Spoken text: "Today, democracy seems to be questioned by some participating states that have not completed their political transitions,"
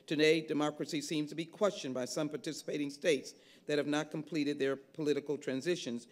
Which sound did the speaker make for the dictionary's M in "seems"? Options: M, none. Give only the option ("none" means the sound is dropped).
M